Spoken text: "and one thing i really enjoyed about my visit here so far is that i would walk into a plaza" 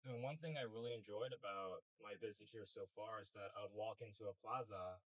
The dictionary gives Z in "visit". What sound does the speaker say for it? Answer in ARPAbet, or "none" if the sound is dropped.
Z